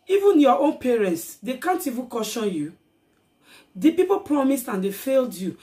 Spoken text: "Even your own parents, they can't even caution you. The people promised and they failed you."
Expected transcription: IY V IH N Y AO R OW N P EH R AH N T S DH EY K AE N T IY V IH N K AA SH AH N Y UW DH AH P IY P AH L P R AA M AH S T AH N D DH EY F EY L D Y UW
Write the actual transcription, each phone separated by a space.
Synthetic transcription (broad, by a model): IY V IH N Y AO OW N P EH R AH N T S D EY K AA N T IY V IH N K AA SH AH N Y UW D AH P IY P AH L P R AA M AH S T AH N D EY F EY L D Y UW